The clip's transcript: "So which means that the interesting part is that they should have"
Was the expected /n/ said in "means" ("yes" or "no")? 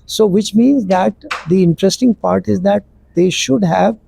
yes